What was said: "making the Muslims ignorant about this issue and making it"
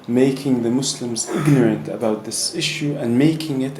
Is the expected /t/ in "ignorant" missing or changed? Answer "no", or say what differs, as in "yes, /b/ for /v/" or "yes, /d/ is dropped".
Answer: no